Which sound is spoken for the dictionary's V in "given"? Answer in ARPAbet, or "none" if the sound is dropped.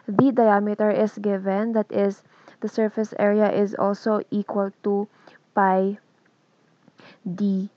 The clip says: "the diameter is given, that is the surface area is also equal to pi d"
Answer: V